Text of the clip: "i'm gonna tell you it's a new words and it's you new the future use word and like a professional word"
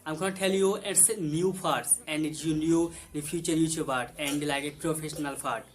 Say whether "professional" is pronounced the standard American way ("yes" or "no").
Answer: yes